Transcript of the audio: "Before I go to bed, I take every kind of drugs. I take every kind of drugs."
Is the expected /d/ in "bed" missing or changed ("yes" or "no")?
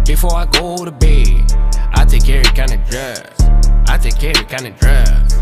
yes